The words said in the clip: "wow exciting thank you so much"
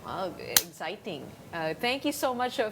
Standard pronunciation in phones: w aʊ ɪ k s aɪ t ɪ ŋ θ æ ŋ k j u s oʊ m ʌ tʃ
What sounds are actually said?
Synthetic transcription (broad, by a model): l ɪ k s aɪ t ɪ ŋ t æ ŋ k j u s oʊ m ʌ tʃ